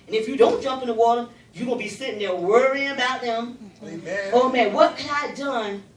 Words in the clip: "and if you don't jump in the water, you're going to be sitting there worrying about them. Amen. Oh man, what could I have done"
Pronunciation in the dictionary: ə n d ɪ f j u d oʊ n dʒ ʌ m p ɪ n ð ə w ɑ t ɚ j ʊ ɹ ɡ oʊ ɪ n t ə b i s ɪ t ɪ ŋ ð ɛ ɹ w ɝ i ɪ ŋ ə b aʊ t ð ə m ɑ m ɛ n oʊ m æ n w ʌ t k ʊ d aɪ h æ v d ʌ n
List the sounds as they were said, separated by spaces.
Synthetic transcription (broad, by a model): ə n ɪ f j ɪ d oʊ n dʒ ʌ m p ɪ n ð ə w ɑ t ɚ j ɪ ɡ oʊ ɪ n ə b i s ɪ t ɪ ŋ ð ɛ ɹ w ɝ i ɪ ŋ ə b aʊ t ð ə m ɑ ʊ m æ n w ʌ t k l aɪ d ʌ n